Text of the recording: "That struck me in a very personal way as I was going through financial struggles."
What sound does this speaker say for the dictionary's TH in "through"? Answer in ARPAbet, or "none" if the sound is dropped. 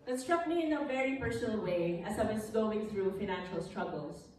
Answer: TH